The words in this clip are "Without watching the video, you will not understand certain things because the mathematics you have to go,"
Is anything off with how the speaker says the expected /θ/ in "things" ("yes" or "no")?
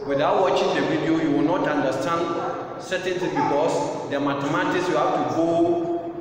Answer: yes